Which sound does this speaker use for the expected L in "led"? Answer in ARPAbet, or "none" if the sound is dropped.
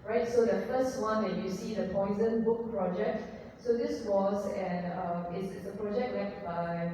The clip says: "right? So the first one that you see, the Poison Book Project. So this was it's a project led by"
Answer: W